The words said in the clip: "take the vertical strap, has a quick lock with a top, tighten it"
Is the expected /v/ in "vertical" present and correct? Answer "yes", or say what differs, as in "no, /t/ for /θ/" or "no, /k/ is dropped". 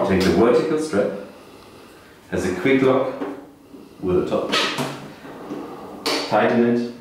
no, /w/ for /v/